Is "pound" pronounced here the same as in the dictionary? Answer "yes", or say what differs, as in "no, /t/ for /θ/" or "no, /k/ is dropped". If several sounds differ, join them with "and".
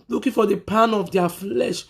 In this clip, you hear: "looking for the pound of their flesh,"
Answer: no, /d/ is dropped